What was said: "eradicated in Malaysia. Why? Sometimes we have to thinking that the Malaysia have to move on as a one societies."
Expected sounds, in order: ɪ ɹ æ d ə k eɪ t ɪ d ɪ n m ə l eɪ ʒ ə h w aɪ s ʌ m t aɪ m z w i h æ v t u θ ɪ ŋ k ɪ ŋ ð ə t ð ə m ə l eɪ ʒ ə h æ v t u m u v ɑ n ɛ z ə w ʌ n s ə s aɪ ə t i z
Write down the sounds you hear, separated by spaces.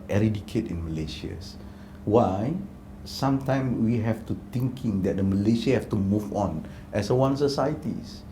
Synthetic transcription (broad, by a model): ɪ ɹ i d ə k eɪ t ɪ ɪ n m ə l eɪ ʃ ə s w aɪ s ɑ m t aɪ m w i h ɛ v t u t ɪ ŋ k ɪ ŋ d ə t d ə m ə l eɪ ʃ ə h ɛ f t u m u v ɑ n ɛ s ə w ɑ n s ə s aɪ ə t i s